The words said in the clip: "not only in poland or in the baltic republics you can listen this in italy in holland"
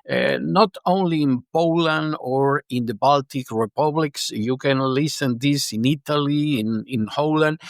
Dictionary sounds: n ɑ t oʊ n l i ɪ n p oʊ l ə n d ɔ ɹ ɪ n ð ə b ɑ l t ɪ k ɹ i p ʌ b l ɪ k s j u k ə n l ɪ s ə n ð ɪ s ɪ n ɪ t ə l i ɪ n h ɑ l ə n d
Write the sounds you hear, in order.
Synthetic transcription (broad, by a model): n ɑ t oʊ n l i ɪ n p oʊ l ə n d ɔ ɹ ɪ n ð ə b ɑ l t ɪ k ɹ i p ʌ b l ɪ k s j u k ə n l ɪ s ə n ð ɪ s ɪ n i t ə l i ɪ n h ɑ l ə n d